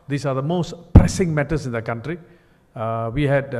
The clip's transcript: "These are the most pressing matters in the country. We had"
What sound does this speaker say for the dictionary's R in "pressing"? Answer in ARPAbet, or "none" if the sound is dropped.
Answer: R